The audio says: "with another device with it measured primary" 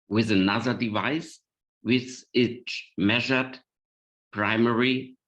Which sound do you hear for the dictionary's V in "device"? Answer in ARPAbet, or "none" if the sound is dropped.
V